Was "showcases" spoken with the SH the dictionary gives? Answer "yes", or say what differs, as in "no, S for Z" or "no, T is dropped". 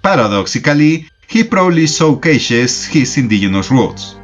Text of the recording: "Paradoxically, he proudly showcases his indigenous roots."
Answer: no, S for SH